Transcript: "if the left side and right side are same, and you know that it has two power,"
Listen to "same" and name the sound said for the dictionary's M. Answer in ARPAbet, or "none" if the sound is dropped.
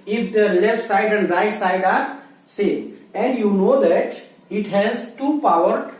none